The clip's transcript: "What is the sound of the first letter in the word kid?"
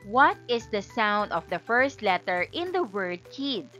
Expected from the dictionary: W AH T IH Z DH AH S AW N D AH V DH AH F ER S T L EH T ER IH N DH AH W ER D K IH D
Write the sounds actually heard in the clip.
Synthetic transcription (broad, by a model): W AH T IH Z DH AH S AW N D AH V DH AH F ER S T L EH T ER IH N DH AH W ER D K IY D